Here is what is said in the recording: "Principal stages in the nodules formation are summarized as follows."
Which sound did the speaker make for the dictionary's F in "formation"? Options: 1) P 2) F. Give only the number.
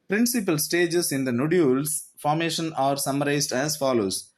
2